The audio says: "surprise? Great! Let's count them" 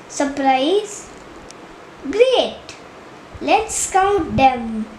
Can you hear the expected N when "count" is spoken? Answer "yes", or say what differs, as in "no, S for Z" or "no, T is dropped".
no, N is dropped